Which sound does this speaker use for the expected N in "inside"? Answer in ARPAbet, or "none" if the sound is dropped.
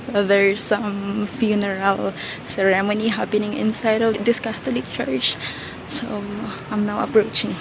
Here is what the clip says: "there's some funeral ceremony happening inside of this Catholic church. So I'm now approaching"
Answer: N